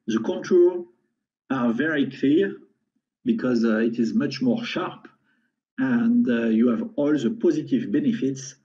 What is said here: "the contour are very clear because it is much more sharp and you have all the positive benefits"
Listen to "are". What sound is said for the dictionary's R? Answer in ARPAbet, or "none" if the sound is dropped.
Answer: L